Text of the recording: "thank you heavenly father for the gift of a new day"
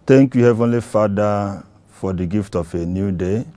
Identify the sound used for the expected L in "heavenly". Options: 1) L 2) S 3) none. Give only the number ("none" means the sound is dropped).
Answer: 1